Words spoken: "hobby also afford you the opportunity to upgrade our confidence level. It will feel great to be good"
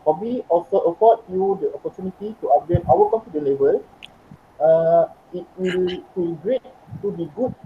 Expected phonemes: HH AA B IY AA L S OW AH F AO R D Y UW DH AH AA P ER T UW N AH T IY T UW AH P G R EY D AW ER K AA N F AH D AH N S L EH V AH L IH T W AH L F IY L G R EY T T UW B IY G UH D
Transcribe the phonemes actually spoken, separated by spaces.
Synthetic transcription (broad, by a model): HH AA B IY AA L S OW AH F AO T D Y UW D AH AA P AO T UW N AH T IY T UW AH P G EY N AW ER K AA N P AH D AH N L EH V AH L IH T W AH L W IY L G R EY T T UW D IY G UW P